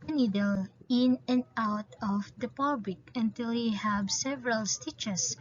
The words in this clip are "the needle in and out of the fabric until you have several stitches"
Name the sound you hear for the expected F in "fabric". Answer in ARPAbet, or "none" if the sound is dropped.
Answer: P